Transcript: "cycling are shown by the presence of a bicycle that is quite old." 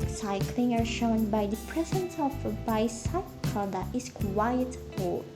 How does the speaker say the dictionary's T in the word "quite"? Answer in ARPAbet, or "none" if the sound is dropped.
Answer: none